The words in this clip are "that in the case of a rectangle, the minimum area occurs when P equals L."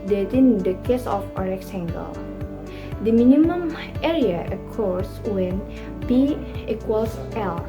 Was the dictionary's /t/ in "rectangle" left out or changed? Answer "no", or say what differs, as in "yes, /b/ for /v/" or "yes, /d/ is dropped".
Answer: yes, /s/ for /t/